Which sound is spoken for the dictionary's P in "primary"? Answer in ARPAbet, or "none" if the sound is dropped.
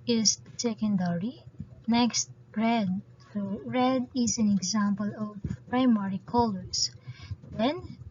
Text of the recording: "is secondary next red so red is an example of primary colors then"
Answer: P